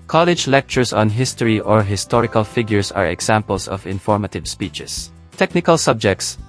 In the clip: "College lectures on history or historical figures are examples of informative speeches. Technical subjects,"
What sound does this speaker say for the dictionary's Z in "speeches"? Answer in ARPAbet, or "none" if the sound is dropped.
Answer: S